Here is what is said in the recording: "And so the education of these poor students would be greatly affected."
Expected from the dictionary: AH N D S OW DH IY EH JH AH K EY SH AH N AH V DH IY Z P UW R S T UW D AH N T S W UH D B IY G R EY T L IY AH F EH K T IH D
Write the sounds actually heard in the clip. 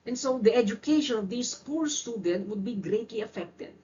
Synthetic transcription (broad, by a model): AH N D S OW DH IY EH JH AH K EY SH AH N AH V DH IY S P UW R S T UW D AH N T W UH D B IY G R EY T L IY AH F EH K T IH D